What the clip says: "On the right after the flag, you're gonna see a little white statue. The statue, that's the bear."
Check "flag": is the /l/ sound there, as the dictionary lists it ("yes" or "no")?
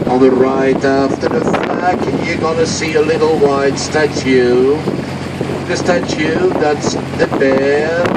no